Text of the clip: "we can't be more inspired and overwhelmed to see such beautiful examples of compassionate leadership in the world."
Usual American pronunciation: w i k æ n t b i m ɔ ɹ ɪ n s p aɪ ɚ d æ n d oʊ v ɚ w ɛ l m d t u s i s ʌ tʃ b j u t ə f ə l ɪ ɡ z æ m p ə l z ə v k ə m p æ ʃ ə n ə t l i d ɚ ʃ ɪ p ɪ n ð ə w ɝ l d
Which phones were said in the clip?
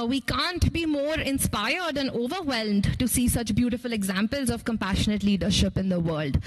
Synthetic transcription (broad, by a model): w i k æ n t b i m ɔ ɹ ɪ n s p aɪ ɚ d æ n oʊ v ɚ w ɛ l m d t u s i s ʌ tʃ b j u t ə f ə l ɪ ɡ z æ m p ə l z ə v k ə m p æ ʃ ə n ə t l i d ɚ ʃ ɪ p ɪ n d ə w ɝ l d